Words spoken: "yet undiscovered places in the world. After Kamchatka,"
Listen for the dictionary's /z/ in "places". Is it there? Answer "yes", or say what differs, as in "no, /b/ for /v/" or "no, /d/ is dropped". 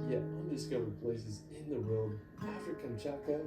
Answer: yes